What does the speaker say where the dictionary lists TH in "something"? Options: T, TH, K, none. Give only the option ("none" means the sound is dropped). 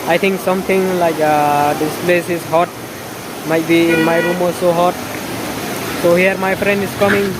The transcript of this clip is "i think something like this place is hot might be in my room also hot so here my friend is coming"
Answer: T